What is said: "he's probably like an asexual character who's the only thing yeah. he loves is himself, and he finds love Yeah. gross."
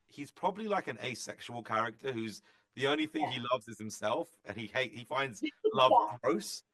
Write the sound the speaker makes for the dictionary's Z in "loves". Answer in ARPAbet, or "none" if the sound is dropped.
Z